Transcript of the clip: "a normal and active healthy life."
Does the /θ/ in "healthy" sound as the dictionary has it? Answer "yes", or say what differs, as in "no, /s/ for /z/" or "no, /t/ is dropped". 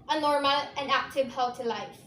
no, /t/ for /θ/